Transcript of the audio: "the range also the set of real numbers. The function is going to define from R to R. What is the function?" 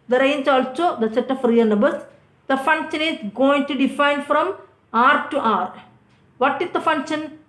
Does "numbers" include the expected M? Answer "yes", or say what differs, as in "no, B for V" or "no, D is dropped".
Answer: no, M is dropped